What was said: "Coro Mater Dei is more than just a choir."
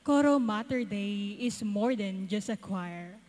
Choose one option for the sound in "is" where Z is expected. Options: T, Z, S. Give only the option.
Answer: S